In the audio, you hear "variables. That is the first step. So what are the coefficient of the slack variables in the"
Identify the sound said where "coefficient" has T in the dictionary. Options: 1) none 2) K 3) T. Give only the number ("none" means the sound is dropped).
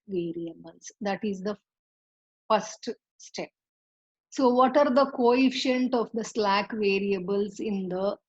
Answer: 3